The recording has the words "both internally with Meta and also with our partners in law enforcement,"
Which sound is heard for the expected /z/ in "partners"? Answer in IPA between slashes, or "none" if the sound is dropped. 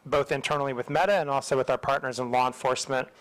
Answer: /z/